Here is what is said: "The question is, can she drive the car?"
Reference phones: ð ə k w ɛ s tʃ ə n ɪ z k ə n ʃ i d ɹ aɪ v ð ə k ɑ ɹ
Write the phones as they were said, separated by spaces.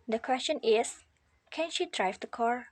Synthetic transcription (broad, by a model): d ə k w ɛ s tʃ ə n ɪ s k ə n ʃ i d ɹ aɪ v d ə k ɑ ɹ